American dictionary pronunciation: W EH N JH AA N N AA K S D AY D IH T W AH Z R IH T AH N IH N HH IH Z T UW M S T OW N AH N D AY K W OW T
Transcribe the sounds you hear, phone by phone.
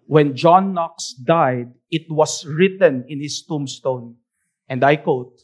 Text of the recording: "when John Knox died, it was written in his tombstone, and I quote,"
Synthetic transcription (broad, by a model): W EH N JH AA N N AA K S D AY D IH T W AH S R IH T AH N IH N HH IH S T UW M S T OW N AH N D AY K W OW T